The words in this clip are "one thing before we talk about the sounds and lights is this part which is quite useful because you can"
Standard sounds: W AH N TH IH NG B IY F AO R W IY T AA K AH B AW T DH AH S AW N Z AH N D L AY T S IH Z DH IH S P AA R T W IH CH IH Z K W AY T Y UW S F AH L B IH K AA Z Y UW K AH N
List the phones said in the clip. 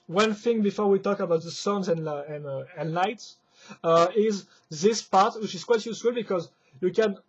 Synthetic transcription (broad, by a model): W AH N TH IH NG B IY F AO R W IY T AA K AH B AW T DH AH S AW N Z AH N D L AY T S IH Z DH IH S P AA R T W IH CH IH Z K W AY T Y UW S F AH L B IH K AA Z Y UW K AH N